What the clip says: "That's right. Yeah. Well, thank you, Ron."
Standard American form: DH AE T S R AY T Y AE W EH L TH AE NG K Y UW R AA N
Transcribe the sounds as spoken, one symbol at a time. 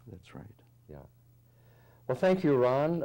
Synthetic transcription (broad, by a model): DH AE T S R AY T Y AE W EH L TH AE NG K Y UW R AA N